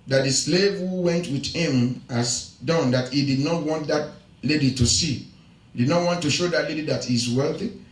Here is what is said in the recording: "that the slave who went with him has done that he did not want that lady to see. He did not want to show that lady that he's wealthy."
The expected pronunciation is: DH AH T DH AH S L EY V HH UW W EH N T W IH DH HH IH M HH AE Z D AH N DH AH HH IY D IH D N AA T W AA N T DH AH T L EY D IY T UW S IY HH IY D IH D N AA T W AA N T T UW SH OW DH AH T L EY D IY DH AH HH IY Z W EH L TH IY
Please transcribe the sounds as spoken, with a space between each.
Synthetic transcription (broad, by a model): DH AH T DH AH S L EY V HH UW W EH N T W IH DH HH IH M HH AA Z D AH N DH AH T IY D IH D N AA T W AA N T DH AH T L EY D IY T UW S IY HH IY D IH D N AA T W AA N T T UW SH OW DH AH T L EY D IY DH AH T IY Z W EH L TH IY